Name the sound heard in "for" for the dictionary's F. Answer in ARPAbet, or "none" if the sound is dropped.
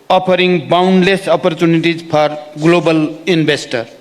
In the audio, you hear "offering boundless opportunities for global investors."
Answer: P